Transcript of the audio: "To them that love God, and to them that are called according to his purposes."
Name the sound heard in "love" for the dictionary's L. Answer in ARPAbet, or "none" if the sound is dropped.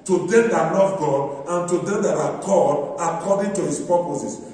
N